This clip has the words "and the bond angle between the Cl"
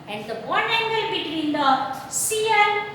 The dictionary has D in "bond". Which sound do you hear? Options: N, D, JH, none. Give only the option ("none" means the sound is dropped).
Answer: none